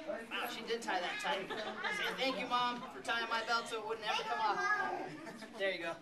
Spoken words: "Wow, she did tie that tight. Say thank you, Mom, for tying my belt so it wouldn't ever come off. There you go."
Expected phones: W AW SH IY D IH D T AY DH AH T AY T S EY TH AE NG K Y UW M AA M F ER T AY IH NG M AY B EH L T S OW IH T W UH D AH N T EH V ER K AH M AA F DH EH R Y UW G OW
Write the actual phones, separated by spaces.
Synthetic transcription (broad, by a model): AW SH IY D IH D T AY DH AH T AY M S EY TH AE NG K Y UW M AA M F ER T AY IH NG M AY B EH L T S OW IH T W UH D N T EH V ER K AH M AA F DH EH R Y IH G OW